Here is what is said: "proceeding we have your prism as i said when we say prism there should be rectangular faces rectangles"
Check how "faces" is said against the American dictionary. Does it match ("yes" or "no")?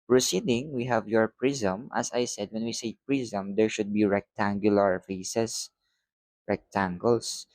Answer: no